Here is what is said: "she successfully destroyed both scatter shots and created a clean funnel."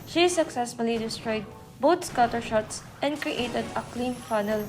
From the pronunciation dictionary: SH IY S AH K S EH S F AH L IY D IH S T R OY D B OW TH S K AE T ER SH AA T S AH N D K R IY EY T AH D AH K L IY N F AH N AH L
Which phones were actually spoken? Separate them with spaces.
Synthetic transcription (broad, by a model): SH IY S AH K S EH S F AH L IY D IH S T R OY D B OW T S K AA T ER SH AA T S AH N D K R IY EY T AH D AH K L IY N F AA N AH L